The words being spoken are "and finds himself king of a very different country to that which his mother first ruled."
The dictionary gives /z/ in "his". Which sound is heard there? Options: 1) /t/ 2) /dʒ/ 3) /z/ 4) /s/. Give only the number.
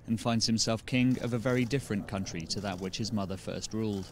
3